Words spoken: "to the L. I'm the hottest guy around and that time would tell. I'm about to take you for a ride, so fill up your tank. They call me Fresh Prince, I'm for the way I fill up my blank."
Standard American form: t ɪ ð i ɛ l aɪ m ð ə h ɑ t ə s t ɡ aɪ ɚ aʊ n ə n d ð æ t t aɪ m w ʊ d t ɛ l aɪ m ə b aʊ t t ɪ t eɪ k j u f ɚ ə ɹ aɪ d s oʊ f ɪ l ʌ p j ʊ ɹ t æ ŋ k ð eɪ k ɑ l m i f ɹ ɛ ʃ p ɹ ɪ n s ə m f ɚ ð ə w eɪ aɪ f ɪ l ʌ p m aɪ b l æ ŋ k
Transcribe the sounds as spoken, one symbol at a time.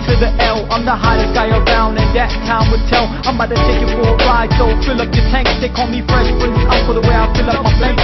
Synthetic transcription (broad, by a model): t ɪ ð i ɛ l aɪ m ð ə h ɑ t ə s ɡ aɪ ɚ aʊ n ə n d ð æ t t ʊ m w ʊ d t ɛ l aɪ m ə ɪ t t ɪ t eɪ k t f ɚ ə ɹ aɪ d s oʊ f ɪ l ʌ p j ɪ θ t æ ŋ k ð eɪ k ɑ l m i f ɹ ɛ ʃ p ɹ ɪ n ə f ɚ ð ə w eɪ aɪ f ɪ l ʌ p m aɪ